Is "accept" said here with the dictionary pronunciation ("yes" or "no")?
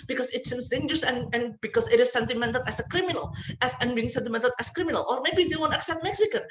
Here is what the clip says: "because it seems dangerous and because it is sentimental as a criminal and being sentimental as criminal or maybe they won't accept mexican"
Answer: yes